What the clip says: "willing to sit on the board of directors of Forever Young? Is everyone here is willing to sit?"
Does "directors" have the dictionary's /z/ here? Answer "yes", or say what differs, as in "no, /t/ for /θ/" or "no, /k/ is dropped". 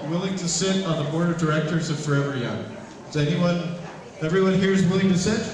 yes